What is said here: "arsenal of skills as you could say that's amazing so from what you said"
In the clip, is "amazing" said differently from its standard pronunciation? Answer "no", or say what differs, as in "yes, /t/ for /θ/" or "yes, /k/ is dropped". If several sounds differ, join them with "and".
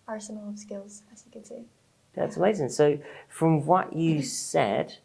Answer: no